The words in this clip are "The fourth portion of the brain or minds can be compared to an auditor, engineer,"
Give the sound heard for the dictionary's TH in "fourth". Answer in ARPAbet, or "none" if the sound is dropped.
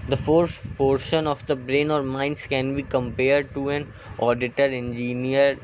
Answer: S